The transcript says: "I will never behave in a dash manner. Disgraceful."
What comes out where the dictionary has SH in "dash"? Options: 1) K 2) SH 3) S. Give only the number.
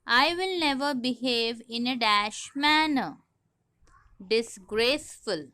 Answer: 2